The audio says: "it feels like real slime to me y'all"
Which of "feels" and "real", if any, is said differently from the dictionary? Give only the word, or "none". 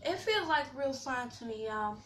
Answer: none